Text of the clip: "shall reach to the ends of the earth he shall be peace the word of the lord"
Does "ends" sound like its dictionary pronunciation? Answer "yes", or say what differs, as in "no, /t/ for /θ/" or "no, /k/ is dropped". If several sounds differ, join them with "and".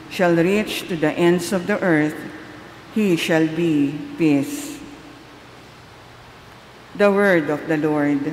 no, /s/ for /z/